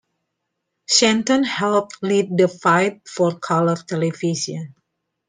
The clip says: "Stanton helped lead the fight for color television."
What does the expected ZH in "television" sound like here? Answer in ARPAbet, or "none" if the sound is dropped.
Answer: S